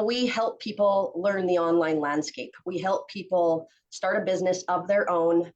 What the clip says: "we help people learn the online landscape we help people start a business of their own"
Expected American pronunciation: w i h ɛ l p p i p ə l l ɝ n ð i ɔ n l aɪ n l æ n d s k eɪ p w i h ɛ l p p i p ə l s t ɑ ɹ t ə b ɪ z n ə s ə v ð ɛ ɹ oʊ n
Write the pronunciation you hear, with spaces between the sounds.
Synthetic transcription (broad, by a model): w i h ɛ l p p i p l l ɝ n ð i ɔ n l aɪ n l æ n d s k eɪ p w i h ɛ l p p i p l s t ɑ ɹ t ə b ɪ z n ə s ə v ð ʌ ɹ oʊ n